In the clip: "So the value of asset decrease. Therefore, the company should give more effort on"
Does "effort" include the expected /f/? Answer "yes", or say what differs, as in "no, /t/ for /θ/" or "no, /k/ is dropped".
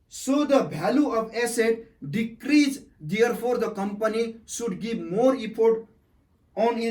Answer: no, /p/ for /f/